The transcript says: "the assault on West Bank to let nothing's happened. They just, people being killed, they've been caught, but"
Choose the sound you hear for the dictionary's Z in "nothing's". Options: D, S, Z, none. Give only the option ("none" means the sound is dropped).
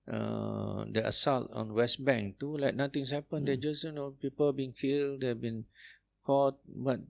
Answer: S